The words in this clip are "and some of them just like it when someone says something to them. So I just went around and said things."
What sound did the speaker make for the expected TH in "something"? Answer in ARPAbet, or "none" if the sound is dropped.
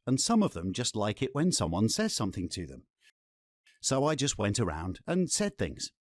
TH